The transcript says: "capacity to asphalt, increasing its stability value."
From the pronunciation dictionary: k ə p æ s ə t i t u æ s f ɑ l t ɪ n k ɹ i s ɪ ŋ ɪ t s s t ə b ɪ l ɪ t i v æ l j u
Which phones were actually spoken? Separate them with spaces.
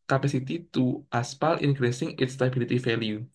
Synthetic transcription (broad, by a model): k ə p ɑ s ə t i t u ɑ s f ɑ l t ɪ n k ɹ i s ɪ ŋ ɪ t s s t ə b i l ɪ t i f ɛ l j u